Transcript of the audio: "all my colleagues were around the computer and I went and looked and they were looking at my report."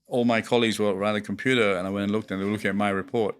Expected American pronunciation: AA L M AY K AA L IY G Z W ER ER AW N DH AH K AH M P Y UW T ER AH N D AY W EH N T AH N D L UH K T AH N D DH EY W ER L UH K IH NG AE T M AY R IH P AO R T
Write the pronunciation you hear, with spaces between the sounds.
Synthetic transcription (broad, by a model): AA L M AY K AA L IY G Z W ER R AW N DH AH K AH M P Y UW T ER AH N AY W EH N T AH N L UH K T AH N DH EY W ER L UH K IH NG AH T M AY R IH P AO R T